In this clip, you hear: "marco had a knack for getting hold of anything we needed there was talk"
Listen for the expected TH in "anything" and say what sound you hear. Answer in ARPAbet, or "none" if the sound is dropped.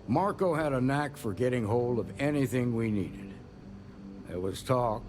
TH